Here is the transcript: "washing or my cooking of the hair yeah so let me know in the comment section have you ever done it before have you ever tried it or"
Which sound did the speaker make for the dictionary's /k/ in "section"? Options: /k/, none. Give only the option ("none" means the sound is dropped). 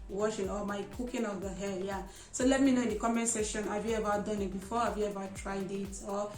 none